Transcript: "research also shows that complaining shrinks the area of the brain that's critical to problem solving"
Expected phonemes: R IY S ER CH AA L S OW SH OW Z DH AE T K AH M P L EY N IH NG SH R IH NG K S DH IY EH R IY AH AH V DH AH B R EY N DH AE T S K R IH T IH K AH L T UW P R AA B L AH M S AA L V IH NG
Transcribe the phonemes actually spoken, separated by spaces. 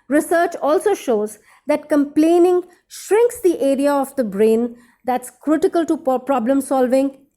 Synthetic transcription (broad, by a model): R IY S ER CH AA L S OW SH OW Z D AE T K AH M P L EY N IH NG SH R IH NG K S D IY EH R IY AH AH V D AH B R EY N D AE T S K R IH T IH K AH L T UW P R AA B L AH M S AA L V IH NG